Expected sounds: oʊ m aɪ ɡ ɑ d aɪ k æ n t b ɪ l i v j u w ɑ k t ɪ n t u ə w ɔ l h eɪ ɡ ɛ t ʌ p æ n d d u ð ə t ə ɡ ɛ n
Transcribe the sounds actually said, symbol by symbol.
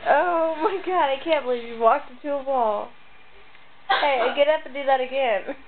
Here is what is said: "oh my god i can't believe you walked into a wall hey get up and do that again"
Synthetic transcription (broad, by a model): oʊ m aɪ ɡ ɑ d aɪ k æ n b ɪ l i v j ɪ w ɑ k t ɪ t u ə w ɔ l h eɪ ɡ ɛ t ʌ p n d d u ð ə t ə ɡ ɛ n